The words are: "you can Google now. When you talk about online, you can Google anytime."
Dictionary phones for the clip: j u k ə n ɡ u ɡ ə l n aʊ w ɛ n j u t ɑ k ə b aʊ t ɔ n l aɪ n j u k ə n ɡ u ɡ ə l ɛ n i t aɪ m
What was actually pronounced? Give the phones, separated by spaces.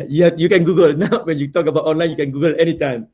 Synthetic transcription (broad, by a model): j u k ə n ɡ u ɡ ə l n aʊ w ɛ n j u t ɑ k ə b aʊ t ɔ n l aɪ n j u k ə n ɡ u ɡ ə l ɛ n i t aɪ m